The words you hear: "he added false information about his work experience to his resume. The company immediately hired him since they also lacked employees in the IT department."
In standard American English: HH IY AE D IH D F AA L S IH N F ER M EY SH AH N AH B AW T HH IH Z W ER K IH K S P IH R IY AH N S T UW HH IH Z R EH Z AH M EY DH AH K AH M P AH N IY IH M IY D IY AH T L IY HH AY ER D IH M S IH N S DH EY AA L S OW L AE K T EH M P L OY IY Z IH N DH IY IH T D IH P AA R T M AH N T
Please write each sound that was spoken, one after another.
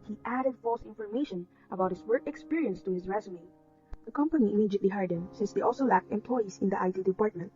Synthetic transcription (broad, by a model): HH IY AE D IH D F AA L S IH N F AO M EY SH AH N AH B AW T HH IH S W ER K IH K S P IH R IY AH N S T UW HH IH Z R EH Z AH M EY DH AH K AH M P AH N IY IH M IY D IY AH T L IY HH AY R D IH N S IH N S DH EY AA L S OW L AE K T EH M P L OY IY S IH N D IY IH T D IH P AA R T M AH N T